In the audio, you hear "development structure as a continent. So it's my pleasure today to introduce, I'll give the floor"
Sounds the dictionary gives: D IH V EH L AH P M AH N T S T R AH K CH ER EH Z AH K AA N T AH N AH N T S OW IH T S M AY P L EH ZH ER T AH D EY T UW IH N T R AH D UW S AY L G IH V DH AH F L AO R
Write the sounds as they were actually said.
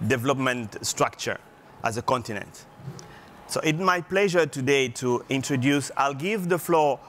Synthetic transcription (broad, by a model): D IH V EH L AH P M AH N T S T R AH K CH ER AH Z AH K AA N T AH N AH N T S OW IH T M AY P L EH ZH ER T AH D EY T UW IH N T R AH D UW S AY L G IH V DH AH F L AO